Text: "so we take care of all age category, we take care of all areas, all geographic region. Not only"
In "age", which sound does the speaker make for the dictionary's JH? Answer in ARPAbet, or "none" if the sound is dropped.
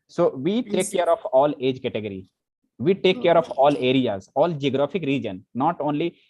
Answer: JH